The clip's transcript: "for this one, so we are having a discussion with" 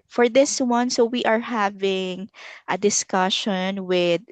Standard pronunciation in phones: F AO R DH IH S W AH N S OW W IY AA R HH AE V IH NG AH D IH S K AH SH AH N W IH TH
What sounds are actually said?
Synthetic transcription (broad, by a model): F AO R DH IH S W AH N S OW W IY AA R HH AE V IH NG AH D IH S K AH SH AH N W IH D